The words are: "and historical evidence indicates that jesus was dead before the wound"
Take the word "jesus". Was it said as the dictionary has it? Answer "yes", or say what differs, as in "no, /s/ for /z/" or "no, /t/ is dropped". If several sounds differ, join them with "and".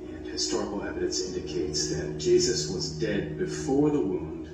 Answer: yes